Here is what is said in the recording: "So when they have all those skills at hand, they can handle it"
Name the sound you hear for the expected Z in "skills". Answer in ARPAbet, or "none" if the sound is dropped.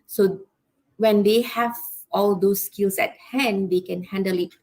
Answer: S